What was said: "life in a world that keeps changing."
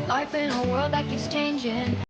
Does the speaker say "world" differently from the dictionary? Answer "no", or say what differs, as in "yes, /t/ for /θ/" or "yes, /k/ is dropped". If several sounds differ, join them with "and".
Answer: no